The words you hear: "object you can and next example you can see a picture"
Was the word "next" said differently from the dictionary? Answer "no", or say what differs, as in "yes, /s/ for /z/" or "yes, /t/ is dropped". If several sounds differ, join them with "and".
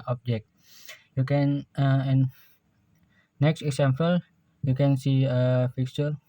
no